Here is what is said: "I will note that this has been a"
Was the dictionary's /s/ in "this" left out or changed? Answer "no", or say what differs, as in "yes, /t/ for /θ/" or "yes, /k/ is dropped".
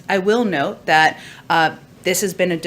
no